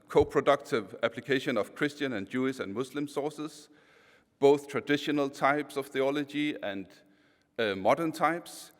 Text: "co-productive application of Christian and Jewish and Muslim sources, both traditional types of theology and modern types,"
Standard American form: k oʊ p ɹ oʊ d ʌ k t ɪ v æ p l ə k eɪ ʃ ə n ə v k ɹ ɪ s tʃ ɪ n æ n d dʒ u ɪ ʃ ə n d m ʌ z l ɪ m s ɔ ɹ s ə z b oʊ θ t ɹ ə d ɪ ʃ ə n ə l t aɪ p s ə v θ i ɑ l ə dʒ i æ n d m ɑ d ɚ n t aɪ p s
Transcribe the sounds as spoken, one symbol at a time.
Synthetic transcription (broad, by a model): k oʊ p ɹ oʊ d ʌ k t ɪ v æ p l ə k eɪ ʃ ə n ə v k ɹ ɪ s tʃ ɪ n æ n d dʒ u ɪ ʃ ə n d m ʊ s l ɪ m s ɔ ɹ s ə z b oʊ θ t ɹ ə d ɪ ʃ ə n ə l t aɪ p s ə v θ i ɑ l ə dʒ i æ n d m ɑ d ɚ n t aɪ p s